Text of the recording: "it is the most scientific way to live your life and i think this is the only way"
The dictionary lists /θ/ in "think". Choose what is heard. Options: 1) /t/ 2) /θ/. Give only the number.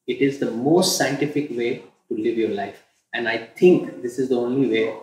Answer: 1